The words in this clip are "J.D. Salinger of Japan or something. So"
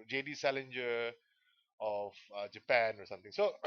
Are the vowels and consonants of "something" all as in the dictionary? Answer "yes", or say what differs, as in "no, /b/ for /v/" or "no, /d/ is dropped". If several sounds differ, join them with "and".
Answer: no, /t/ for /θ/